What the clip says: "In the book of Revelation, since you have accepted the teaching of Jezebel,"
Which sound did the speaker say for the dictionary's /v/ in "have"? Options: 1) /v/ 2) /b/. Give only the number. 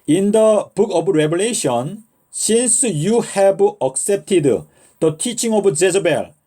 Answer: 2